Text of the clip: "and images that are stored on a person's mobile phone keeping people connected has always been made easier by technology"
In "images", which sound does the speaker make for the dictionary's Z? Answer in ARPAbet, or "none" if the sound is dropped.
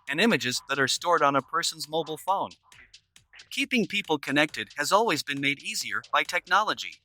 Z